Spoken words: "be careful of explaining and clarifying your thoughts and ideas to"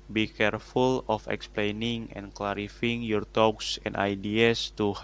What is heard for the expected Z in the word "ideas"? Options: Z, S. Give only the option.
S